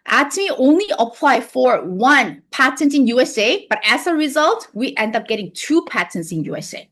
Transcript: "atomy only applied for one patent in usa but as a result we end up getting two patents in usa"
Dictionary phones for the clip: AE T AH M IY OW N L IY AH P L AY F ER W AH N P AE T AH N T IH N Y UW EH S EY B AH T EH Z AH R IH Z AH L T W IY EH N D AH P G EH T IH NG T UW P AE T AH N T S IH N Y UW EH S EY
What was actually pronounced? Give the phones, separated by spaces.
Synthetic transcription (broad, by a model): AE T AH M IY OW N L IY AH P L AY F ER W AH N P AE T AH N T IH N Y UW EH S EY B AH T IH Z AH R IH Z AH L T W IY EH N D AH P G EH T IH NG T UW P AE T AH N T S IH N Y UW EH S EY